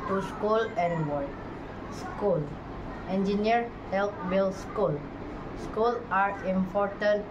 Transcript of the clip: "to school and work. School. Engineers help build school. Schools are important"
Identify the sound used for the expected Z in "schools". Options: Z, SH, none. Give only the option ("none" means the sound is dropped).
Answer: none